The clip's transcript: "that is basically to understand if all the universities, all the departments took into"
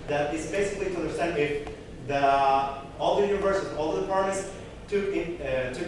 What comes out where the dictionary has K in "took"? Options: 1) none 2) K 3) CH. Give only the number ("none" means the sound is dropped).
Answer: 1